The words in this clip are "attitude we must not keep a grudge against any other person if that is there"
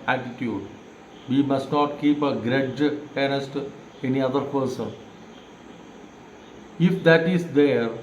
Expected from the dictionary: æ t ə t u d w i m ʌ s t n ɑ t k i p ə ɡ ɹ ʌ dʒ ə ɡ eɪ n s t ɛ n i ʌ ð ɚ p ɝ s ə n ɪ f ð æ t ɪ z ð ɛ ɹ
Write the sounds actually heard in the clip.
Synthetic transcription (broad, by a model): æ t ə t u d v i m ʌ s t n ɑ t k i p ə ɡ ɹ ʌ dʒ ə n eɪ s t ɛ n i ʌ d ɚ p ɝ s ə n ɪ f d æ t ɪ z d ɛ ɹ